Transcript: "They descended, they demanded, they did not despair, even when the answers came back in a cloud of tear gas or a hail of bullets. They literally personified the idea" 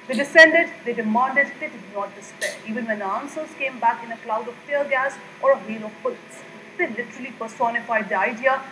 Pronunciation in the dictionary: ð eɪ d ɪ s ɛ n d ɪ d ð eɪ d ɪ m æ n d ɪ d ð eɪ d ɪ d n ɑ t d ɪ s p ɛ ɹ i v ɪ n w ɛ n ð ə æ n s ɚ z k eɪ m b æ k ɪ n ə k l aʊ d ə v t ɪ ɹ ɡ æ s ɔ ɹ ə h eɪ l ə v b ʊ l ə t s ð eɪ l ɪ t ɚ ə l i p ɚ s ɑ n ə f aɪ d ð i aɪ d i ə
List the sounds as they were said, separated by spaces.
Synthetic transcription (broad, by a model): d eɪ d ɪ s ɛ n d ɪ d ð eɪ d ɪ m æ n d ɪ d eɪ d ɪ d n ɑ t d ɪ s p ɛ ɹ i v ɪ n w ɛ n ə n s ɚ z k eɪ m b æ k ɪ n ə k l aʊ d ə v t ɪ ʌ ɡ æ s ɔ ɹ ə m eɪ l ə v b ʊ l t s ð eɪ l ɪ t ɚ ə l i p ɚ s ɑ n ə f aɪ d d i aɪ d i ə